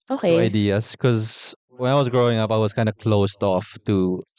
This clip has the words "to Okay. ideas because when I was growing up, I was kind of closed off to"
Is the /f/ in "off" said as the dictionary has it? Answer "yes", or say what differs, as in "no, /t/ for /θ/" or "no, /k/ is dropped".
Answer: yes